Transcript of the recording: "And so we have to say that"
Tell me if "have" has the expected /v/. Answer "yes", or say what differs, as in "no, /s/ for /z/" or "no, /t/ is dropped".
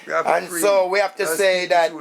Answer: no, /f/ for /v/